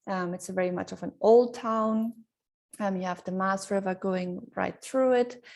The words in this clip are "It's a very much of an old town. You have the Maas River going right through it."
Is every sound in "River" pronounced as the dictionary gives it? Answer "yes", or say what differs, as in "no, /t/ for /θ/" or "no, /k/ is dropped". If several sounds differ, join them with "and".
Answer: yes